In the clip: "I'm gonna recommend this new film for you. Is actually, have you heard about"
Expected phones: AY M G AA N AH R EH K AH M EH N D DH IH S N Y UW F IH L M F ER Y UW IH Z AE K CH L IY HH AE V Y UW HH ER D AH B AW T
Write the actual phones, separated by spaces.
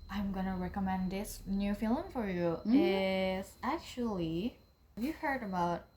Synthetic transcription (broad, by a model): AY M G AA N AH R EH K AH M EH N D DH IH S N Y UW F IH L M F ER Y UW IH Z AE K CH IY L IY V Y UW HH ER D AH B AW T